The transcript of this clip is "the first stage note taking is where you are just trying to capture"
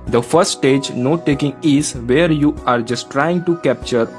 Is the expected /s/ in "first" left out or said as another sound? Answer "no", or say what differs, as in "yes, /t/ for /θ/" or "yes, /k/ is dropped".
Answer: yes, /s/ is dropped